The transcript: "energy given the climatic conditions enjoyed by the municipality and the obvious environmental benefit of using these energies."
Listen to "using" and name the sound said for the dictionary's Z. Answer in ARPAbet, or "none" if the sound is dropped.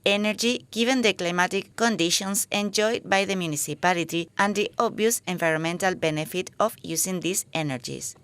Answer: S